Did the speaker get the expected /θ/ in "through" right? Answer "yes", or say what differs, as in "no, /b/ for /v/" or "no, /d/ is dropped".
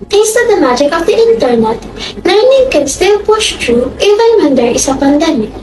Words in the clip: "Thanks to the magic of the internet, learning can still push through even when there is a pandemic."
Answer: no, /t/ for /θ/